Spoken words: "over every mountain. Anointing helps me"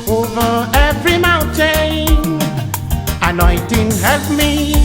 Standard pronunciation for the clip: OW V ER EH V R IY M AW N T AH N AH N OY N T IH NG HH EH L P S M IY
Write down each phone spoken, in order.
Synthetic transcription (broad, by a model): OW V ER EH V R IY M AW N T AH N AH N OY T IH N HH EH L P M IY